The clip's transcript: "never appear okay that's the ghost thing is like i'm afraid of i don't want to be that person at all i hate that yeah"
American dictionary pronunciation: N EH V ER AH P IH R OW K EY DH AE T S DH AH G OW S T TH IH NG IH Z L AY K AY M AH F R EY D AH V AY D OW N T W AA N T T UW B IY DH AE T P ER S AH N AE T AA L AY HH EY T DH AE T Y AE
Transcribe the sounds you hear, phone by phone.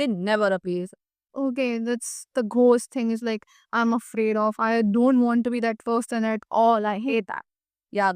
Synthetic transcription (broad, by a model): N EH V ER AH P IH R OW K EY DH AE T S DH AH G OW S T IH NG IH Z L AY K AY M AH F R EY D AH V AY D OW N T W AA N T T UW B IY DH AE T F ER S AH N AE T AA L AY HH EY T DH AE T Y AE